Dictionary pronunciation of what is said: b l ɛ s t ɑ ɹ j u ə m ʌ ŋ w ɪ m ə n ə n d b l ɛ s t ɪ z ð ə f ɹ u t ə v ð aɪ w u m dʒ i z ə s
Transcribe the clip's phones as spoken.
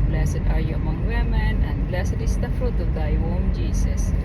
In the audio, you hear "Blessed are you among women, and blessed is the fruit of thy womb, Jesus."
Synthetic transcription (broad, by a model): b l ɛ s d ɑ ɹ j u ə m ʌ ŋ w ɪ m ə n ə n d b l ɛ s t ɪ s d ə f ɹ u t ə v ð aɪ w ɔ m dʒ i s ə s